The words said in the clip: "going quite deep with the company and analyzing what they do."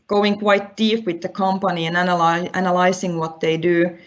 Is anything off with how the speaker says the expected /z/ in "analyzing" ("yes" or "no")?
yes